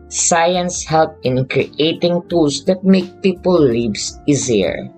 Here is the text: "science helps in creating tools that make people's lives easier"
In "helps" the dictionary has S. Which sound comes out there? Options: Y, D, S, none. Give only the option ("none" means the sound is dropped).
none